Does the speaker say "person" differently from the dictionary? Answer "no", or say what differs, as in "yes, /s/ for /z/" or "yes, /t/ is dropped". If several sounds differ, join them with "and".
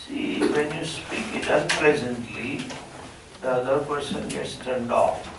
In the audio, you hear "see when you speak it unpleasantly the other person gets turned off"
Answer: no